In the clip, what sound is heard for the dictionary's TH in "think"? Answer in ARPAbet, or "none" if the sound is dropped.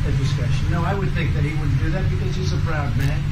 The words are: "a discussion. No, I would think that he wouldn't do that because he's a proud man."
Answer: TH